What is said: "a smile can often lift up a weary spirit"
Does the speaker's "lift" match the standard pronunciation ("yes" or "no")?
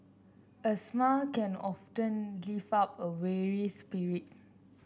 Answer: no